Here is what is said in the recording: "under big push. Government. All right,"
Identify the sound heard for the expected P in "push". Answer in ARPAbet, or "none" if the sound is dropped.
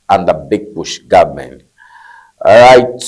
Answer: B